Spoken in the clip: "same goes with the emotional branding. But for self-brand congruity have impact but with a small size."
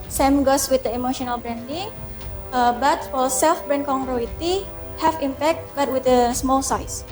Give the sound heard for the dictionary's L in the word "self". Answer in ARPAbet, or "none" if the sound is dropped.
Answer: L